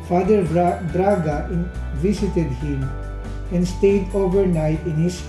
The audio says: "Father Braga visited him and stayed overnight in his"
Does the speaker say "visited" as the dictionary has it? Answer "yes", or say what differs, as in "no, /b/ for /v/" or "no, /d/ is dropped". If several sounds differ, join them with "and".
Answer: no, /s/ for /z/